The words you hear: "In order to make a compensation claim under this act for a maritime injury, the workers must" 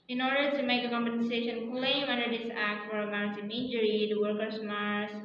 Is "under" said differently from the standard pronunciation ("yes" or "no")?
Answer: no